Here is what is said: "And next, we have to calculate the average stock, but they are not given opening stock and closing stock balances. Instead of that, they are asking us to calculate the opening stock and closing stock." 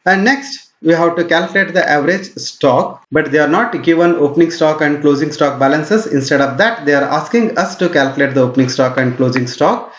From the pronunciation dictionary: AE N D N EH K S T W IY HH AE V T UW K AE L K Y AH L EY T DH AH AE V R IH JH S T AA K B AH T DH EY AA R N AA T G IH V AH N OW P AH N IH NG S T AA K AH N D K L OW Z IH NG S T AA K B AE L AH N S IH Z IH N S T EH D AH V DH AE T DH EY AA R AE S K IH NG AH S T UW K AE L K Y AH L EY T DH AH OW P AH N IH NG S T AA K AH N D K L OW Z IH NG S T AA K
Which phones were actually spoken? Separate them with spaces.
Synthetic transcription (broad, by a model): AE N D N EH K S T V IY HH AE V T UW K AE L K Y AH L EY T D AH AE V R IH JH S T AA K B AH T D EY AA R N AA T G IH V AH N OW P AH N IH NG S T AA K AH N D K L OW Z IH NG S T AA K B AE L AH N S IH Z IH N S T EH D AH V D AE T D EY AA R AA S K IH NG AH S T UW K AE L K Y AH L EY T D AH OW P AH N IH NG S T AA K AH N D K L OW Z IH NG S T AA K